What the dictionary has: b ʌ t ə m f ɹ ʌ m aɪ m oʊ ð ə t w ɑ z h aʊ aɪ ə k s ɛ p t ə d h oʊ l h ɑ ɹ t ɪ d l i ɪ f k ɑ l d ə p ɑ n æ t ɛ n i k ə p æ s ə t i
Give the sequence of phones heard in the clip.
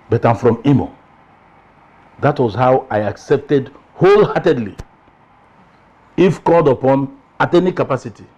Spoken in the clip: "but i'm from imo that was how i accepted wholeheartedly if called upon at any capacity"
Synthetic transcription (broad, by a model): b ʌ t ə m f ɹ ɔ m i m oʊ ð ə t w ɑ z h aʊ aɪ ə k s ɛ p t ə d h oʊ l h ɑ t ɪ d l i ɪ f k ɑ l d ə p ɑ n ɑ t ɛ n i k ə p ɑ s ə t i